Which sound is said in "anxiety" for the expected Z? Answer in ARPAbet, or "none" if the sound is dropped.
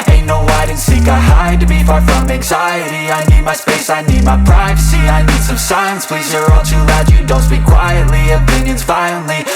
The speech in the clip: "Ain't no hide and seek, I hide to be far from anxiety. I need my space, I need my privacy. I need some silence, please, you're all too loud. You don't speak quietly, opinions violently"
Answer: Z